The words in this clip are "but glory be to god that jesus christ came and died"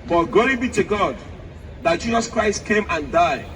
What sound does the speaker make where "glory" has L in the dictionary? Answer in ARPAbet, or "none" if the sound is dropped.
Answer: none